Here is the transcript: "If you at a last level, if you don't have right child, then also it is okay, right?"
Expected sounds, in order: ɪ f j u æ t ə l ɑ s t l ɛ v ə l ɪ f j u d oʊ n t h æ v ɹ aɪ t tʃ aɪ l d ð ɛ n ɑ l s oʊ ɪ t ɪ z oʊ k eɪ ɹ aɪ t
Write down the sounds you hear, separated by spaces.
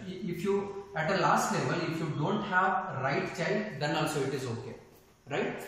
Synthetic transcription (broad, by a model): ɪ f j u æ t ə l ɑ s t l ɛ v ə l ɪ f j u d oʊ n t h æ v ɹ aɪ t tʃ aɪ d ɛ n ɑ l s oʊ ɪ t ɪ z oʊ k eɪ ɹ aɪ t